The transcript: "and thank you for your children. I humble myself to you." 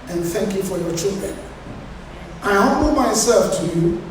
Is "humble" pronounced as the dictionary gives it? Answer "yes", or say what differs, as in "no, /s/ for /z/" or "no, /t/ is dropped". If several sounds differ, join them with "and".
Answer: no, /m/ is dropped